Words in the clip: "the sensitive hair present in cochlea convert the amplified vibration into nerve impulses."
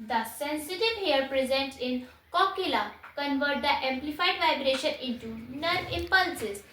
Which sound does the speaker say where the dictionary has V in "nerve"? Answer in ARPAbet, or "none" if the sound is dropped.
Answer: none